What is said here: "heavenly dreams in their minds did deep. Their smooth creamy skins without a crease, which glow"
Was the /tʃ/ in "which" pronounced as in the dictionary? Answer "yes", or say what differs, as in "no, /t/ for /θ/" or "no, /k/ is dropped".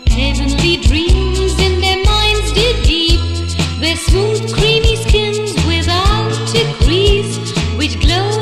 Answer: yes